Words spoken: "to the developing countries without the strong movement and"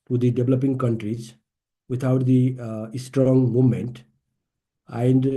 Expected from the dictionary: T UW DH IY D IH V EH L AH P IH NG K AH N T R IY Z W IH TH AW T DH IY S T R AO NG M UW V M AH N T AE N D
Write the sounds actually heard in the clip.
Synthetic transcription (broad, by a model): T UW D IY D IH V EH L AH P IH NG K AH N T R IY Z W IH T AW T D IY S T R AO NG M UW V M AH N T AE N D